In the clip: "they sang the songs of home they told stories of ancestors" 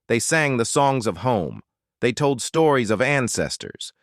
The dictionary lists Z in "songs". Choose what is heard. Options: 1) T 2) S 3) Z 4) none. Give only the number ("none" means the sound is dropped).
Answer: 3